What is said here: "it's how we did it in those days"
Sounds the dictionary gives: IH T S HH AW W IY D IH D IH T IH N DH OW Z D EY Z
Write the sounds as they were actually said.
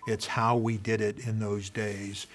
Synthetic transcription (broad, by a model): IH T S HH AW W IY D IH D IH T IH N DH OW Z D EY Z